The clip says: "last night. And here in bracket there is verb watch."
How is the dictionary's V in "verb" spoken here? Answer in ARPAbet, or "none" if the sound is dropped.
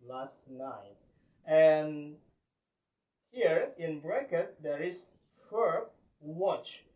F